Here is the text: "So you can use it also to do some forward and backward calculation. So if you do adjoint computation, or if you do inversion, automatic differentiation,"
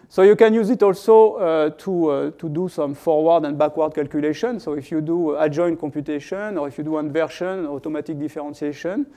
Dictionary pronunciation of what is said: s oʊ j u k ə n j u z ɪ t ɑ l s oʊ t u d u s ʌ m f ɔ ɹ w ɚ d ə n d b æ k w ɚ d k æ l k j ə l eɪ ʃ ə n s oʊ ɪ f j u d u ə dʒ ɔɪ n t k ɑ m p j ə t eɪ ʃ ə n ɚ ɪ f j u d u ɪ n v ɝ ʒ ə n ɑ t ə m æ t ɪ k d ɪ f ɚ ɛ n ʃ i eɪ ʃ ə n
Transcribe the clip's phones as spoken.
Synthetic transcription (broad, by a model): s oʊ j u k ə n j u z ɪ t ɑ l s oʊ t u d u s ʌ m f ɔ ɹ w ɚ d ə n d b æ k w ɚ d k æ l k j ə l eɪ ʃ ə n s oʊ ɪ f j u d u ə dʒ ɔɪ n k ɑ m p j ə t eɪ ʃ ə n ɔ ɪ f j u d u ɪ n v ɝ ʃ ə n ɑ t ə m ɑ t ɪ k d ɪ f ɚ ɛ n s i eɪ ʃ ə n